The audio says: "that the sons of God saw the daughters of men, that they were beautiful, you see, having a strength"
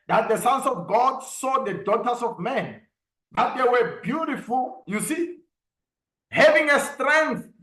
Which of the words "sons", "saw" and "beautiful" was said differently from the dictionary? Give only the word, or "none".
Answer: sons